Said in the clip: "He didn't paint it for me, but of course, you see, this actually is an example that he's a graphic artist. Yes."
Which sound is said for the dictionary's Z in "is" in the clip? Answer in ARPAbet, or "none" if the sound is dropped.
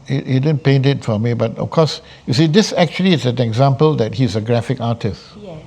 S